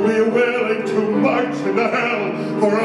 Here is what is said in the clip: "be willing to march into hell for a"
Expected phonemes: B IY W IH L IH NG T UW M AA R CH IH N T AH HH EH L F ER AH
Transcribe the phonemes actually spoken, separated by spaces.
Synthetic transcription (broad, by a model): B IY W IH L IH NG T UW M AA IH T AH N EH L F ER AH